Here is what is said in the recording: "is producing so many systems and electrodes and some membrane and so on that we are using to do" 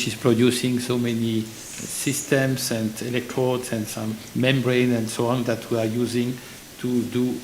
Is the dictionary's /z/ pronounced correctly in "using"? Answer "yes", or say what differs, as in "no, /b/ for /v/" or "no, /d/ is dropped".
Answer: yes